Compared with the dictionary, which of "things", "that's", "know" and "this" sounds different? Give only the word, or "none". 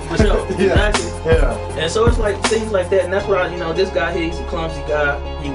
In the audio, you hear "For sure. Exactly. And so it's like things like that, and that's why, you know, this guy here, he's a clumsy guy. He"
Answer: none